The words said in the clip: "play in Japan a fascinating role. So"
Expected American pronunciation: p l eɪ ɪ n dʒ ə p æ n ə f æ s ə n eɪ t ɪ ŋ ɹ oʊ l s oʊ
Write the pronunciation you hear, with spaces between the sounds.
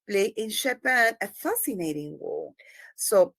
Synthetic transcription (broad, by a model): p l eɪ ɪ n ʃ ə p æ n ə f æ s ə n eɪ t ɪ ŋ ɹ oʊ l s oʊ